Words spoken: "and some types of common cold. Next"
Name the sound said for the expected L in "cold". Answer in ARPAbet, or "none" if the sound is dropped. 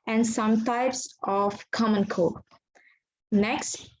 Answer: none